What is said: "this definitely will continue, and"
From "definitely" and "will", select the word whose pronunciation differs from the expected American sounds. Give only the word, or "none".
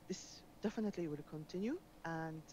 none